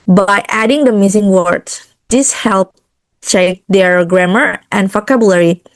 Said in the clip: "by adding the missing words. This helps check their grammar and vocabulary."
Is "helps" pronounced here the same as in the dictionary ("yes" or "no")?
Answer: no